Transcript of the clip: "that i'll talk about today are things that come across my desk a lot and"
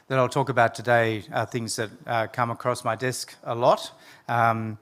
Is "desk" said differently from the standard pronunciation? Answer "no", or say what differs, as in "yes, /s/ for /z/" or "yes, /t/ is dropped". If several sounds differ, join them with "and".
no